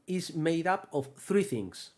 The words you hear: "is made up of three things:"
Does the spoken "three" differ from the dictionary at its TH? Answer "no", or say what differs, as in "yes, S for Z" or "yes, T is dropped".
no